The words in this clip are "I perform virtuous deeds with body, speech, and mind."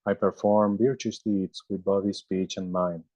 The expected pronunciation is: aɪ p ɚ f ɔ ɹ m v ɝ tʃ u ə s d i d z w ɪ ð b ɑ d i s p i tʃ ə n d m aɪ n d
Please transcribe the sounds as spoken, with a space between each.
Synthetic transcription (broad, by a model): aɪ p ɚ f ɔ ɹ m b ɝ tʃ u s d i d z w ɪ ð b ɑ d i s p i tʃ ə n d m aɪ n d